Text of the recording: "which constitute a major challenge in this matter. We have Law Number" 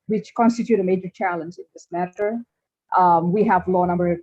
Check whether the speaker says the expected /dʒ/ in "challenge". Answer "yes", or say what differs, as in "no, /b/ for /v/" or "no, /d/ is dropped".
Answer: yes